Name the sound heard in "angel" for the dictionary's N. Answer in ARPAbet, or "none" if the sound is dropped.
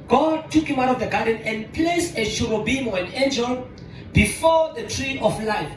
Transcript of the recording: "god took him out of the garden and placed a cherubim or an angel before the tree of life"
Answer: N